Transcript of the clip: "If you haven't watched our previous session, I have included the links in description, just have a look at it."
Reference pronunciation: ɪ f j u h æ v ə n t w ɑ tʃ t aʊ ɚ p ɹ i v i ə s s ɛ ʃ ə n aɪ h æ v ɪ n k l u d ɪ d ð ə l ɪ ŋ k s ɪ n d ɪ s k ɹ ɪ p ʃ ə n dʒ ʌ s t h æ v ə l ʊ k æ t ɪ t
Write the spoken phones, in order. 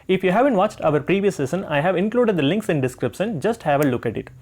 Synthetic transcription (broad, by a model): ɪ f j u h æ v ə n t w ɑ tʃ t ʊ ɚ p ɹ i v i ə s s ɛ s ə n aɪ h æ v ɪ n k l u d ɪ d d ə l ɪ ŋ k s ɪ n d ɪ s k ɹ ɪ p ʃ ə n dʒ ʌ s t h æ v ə l ʊ k æ t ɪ t